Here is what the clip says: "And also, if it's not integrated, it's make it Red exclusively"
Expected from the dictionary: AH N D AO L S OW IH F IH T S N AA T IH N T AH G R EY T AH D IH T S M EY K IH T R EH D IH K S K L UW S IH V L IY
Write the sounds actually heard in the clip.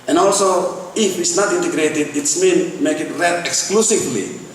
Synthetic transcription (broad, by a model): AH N AO L S OW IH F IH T S N AA T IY N T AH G R EY T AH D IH T S M EY K IH T R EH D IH K S K L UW S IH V L IY